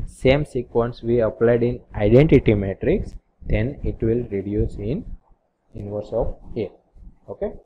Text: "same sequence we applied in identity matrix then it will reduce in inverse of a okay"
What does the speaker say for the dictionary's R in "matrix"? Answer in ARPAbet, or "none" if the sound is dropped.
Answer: R